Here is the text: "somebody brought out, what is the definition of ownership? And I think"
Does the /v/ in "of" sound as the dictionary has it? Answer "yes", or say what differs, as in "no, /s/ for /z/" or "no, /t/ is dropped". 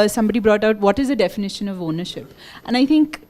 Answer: yes